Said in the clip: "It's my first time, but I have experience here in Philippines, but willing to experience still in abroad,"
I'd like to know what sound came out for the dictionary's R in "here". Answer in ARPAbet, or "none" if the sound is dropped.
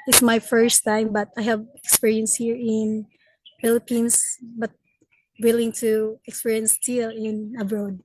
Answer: R